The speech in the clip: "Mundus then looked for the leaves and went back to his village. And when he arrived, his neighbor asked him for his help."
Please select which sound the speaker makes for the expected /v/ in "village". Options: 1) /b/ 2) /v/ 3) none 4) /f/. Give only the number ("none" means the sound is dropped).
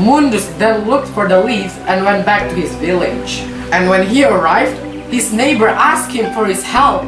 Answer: 2